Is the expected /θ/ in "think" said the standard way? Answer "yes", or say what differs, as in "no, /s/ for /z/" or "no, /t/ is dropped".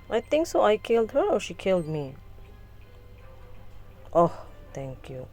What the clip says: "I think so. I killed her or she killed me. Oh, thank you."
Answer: no, /t/ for /θ/